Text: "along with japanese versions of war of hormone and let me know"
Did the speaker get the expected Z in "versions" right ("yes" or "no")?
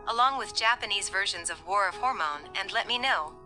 yes